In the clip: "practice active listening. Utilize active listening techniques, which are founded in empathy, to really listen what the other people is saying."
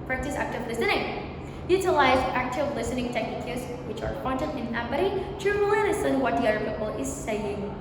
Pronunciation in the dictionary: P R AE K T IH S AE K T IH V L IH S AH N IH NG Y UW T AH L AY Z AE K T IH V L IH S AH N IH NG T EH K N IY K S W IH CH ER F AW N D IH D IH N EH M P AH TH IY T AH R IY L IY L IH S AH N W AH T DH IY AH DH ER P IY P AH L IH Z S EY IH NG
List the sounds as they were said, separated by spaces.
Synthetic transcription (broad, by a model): P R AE K T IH S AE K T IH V L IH S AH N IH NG Y UW T AH L AY Z AE K T IH V L IH S AH N IH NG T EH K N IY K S W IH CH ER P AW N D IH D IH N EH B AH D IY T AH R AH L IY N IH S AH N W AH T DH IY AH DH ER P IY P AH L IH Z S EY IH NG